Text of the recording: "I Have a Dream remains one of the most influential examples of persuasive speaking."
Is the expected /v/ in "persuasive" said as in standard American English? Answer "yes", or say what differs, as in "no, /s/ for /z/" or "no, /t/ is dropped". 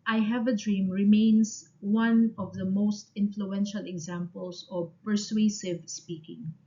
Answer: yes